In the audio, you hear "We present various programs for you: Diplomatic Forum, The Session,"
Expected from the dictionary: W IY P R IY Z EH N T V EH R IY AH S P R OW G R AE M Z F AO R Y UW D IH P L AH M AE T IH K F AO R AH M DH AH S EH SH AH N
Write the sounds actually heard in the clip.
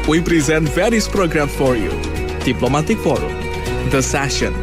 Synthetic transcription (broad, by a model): W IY P R IY Z EH N T V EH R IY AH S P R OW G R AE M F AO R Y UW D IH P L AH M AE T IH K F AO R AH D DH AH S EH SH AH N